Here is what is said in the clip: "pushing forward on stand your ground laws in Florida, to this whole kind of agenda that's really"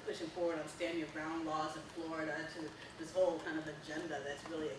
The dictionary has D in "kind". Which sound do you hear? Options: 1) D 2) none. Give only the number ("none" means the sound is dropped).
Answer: 1